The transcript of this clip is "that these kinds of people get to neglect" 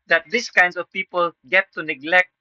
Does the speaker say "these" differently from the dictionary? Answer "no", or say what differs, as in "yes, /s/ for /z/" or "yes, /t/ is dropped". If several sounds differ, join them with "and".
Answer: yes, /s/ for /z/